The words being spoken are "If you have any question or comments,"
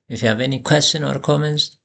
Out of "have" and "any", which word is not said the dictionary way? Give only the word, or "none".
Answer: none